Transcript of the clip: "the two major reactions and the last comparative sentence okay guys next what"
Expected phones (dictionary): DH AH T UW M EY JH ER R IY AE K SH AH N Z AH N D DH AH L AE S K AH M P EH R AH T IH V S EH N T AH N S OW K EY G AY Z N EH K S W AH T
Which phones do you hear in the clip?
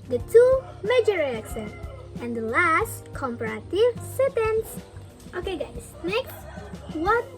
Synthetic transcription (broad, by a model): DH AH T UW M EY JH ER R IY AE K S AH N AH N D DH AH L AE S K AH M P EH R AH T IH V S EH T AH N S OW K EY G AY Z N EH K S W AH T